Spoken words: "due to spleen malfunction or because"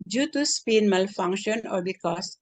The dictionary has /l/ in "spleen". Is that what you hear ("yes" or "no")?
no